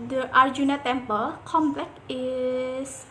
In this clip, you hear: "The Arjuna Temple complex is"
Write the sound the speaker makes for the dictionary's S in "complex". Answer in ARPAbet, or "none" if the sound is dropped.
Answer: none